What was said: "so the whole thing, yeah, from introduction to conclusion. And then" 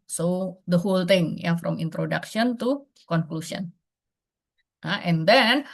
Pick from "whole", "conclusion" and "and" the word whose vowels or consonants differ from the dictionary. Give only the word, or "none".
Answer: conclusion